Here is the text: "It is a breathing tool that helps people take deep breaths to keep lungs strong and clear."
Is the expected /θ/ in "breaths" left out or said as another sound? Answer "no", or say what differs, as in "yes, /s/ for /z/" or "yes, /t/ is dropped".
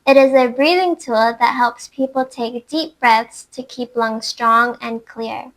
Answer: no